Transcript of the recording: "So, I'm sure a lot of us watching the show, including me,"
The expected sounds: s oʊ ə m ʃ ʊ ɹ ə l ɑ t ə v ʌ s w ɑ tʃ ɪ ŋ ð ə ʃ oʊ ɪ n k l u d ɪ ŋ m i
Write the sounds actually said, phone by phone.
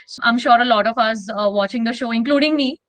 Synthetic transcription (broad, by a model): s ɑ ə m ʃ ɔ ɹ ə l ɑ t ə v ʌ s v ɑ tʃ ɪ ŋ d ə ʃ oʊ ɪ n k l u d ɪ ŋ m i